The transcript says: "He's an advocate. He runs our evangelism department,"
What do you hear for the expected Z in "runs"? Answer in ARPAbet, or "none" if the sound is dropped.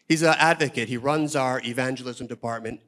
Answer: Z